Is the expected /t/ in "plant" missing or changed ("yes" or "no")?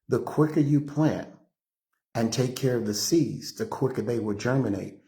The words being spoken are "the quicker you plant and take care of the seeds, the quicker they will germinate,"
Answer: yes